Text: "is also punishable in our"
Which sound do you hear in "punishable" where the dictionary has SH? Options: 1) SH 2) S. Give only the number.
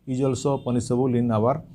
2